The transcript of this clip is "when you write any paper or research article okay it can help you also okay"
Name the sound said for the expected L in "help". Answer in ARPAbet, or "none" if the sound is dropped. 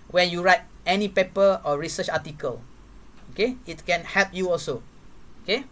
L